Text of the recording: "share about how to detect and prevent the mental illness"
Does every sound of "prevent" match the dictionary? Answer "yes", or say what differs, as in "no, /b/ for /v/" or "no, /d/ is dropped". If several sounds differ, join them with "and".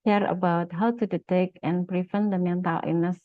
no, /f/ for /v/